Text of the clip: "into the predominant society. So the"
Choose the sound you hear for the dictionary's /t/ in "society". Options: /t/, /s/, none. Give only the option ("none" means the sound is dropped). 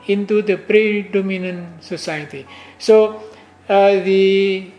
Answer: /t/